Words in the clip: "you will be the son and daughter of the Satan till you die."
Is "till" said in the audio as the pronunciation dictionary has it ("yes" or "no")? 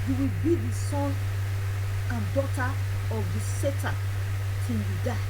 no